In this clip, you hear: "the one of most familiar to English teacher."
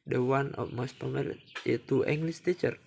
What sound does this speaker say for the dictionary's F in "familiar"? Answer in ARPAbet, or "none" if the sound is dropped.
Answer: P